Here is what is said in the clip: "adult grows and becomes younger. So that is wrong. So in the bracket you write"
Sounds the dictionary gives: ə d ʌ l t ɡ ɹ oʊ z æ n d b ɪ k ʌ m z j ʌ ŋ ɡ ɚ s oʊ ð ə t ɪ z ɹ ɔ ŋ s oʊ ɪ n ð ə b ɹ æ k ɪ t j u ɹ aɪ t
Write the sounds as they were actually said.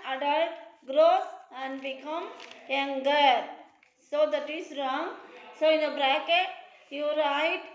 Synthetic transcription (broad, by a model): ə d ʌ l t ɡ ɹ oʊ s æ n d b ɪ k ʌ m j ʌ ŋ ɡ ɚ s oʊ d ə t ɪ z ɹ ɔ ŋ s oʊ ɪ n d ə b ɹ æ k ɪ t j u ɹ aɪ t